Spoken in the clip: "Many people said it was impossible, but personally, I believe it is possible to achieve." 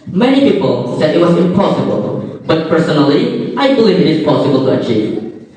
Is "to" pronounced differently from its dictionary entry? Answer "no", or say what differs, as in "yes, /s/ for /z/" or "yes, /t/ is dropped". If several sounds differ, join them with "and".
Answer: no